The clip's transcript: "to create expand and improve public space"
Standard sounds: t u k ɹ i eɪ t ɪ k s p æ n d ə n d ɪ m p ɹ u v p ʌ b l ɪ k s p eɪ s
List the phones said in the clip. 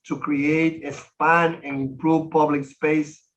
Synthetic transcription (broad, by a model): t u k ɹ i eɪ t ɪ s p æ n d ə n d ɪ m p ɹ u v p ʌ b l ɪ k s p eɪ s